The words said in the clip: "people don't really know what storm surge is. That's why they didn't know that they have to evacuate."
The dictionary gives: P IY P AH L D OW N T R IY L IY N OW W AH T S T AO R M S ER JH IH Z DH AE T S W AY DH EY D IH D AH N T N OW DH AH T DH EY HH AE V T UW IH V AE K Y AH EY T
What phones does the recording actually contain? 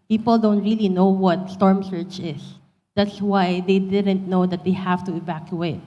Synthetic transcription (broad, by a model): P IY P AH L D OW N T R IY L IY N OW W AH T S T AO R M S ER CH IH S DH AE T S W AY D EY D IH D AH N T N OW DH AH T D EY HH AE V T UW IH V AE K Y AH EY T